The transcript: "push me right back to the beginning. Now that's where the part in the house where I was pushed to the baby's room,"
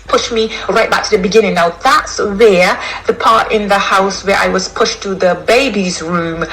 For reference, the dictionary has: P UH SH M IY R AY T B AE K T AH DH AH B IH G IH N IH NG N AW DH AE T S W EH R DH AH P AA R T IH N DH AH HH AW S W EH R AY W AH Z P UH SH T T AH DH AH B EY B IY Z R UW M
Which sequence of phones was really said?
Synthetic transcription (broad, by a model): P UH SH M IY R AY T B AE K T AH DH AH B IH G IH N IH NG N AW DH AE T S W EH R DH AH P AA R T IH N DH AH HH AW S W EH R AY W AH Z P UH SH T T AH DH AH B EY B IY Z R UW M